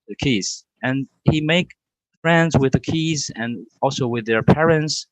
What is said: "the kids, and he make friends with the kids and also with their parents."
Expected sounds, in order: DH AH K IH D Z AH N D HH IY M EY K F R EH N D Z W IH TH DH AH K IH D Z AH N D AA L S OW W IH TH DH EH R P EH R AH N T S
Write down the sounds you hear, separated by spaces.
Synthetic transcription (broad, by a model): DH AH K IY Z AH N HH IY M EY K F R EH N D Z W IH DH AH K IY Z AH N AA L S OW W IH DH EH R P EH R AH N T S